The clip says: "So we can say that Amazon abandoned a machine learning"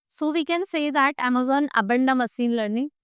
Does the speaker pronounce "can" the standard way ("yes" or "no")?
yes